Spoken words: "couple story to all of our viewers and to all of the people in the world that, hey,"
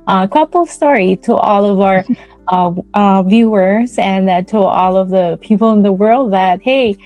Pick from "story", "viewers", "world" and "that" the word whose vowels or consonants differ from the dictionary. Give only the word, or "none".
none